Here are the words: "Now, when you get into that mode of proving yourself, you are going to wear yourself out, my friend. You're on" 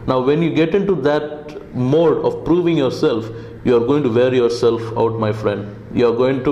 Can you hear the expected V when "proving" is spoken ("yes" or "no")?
yes